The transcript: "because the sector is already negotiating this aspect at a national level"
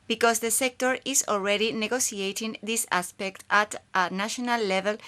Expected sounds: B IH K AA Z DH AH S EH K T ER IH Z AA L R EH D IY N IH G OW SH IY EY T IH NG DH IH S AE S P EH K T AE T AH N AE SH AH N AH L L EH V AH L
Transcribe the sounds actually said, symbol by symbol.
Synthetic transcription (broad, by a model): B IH K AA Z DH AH S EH K T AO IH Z AA L R EH D IY N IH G OW S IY EY T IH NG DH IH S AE S P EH K T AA T AH N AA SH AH N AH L L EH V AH L